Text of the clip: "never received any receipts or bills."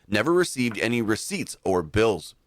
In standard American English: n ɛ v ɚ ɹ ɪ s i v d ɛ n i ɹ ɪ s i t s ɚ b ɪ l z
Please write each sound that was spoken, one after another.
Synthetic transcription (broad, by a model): n ɛ v ɚ ɹ ɪ s i v d ɛ n i ɹ ɪ s i t s ɚ b ɪ l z